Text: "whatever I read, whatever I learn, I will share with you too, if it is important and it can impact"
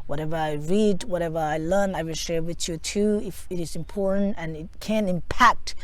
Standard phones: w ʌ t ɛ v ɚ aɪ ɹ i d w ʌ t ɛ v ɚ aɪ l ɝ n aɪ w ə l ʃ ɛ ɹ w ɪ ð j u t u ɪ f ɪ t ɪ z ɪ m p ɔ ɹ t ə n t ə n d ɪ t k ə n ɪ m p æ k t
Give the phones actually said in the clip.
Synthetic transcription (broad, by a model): w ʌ t ɛ v ɚ aɪ ɹ i d w ʌ t ɛ v ɚ aɪ l ɝ n aɪ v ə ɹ ʃ ɛ ɹ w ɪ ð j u t u ɪ f ɪ t ɪ z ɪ m p ɔ ɹ t n t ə n ɪ t k ə n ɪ m p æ k t